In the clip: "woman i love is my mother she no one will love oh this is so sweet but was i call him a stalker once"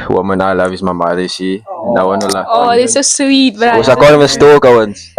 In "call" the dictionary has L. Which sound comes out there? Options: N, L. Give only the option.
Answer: N